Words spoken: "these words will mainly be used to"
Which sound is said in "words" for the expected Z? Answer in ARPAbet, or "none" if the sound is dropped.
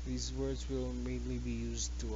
Z